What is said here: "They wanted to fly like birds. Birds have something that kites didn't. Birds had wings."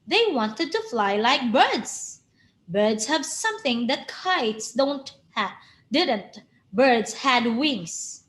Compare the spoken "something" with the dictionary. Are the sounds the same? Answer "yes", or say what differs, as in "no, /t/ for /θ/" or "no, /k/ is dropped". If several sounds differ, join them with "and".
yes